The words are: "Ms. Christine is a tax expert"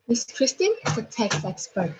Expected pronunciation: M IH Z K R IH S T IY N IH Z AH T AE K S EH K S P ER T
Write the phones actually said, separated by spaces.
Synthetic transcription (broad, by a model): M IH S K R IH S T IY IH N AH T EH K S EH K S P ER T